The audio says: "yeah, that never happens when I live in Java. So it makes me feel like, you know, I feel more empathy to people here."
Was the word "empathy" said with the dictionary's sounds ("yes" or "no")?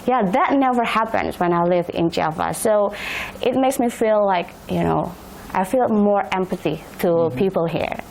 yes